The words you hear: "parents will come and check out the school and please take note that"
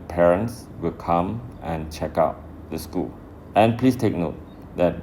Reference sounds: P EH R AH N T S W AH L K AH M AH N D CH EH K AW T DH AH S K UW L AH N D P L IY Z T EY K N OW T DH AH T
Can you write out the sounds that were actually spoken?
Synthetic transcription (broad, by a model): P EH R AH N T S W AH L K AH M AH N CH EH K AW T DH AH S K UW L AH N P L IY S T EY K N OW T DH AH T